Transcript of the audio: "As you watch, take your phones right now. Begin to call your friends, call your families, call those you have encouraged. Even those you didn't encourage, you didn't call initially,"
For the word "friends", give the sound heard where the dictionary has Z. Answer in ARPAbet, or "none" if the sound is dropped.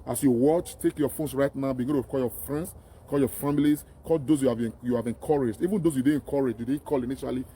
S